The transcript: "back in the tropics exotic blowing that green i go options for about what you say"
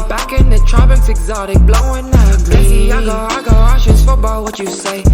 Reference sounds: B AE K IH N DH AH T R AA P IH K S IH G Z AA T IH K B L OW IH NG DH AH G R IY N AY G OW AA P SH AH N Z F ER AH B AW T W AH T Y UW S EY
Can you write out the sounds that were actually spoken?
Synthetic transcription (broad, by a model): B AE K IH N DH AH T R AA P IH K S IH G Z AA T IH K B L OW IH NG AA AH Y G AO AY G OW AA SH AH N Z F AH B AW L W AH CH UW S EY